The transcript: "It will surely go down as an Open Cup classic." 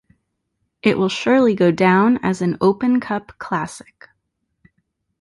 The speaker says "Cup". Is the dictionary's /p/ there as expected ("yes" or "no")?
yes